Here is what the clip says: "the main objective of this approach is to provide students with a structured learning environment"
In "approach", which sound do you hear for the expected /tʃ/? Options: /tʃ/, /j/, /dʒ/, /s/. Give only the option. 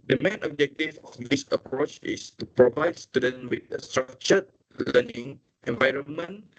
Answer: /tʃ/